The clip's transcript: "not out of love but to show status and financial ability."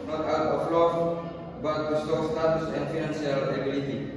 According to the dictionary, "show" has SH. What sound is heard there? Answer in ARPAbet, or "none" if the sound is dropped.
S